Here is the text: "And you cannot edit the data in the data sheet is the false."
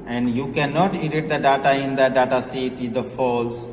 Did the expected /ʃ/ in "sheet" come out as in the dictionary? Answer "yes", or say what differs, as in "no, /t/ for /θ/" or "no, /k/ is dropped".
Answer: no, /s/ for /ʃ/